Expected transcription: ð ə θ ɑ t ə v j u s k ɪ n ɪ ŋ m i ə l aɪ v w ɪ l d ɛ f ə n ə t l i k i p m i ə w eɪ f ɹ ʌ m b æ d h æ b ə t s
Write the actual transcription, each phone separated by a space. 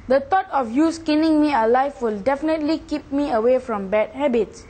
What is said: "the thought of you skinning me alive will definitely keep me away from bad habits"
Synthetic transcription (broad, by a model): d ə t ɑ t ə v j u s k ɪ n ɪ ŋ m i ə l aɪ f w ɪ l d ɛ f ə n ə t l i k i p m i ə w eɪ f ɹ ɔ m b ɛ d h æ b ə t s